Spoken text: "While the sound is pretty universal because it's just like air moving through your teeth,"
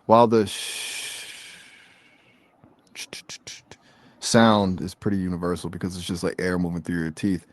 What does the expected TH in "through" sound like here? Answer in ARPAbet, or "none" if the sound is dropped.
TH